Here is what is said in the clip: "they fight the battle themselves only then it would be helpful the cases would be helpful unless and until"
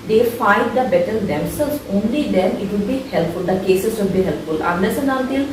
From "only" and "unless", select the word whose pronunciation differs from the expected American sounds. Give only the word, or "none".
unless